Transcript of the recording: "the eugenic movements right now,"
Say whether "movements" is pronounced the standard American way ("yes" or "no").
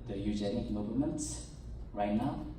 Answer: no